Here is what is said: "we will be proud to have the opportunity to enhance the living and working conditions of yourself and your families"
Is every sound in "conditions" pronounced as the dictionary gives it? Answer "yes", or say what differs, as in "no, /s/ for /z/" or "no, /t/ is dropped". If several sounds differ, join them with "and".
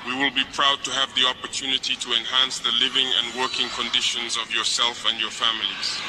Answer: yes